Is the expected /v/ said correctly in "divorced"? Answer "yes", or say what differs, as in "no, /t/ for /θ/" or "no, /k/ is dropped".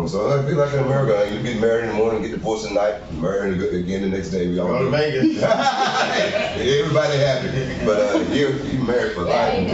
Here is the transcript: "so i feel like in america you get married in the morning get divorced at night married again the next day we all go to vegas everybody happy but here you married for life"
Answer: no, /p/ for /v/